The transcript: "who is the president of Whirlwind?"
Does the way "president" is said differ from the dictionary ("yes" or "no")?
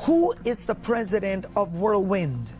no